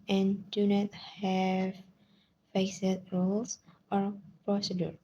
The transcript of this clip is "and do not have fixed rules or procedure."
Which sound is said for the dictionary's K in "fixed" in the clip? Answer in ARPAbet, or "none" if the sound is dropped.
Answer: none